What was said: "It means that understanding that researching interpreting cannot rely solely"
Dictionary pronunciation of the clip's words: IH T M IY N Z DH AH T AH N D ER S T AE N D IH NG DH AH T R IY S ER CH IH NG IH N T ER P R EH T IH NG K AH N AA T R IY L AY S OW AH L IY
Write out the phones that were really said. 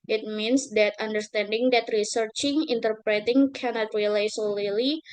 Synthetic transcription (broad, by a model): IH T M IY N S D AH T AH N D ER S T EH N D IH NG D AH T R IY S ER CH IH NG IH N T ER P R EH T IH NG K AH N AA T R IY L AY S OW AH L IY